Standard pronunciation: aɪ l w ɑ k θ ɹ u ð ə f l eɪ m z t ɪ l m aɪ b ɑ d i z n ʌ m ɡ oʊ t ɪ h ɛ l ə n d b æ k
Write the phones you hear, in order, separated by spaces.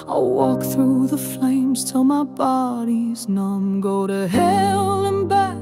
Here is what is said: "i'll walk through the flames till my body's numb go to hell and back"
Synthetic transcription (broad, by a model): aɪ w ɑ k θ ɹ u ð ə f l eɪ m z t ɪ l m aɪ b ɑ d i z n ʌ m ɡ oʊ t ɪ h ɛ l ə n b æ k